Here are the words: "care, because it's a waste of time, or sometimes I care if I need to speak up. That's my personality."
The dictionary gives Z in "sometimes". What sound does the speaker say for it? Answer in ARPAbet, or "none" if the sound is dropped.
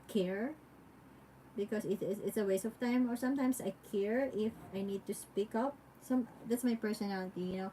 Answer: S